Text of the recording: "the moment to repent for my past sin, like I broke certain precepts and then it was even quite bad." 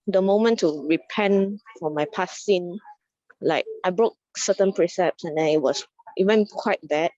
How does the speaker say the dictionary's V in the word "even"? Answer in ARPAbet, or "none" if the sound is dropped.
W